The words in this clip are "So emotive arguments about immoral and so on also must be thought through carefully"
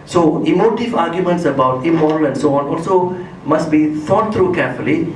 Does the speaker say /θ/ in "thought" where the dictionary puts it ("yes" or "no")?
no